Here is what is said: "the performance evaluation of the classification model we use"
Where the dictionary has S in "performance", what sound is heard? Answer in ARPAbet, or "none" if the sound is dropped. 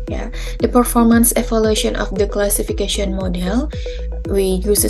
S